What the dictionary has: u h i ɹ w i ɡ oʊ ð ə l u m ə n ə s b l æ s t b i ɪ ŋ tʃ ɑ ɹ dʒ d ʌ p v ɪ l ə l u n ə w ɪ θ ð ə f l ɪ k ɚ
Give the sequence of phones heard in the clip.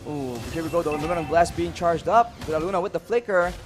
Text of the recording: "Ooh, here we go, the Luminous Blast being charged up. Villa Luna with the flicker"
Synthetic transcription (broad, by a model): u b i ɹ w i ɡ oʊ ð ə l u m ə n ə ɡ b l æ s b i ɪ ŋ tʃ ɑ ɹ dʒ d ʌ p b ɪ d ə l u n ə w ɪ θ ð ə f l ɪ k ɚ